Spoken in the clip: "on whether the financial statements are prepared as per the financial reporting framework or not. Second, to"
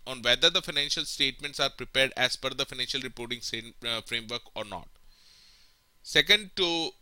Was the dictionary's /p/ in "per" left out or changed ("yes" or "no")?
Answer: yes